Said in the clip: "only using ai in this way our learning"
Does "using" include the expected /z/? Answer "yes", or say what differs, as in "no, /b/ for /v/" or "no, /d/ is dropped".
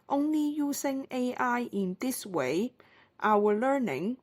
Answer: no, /s/ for /z/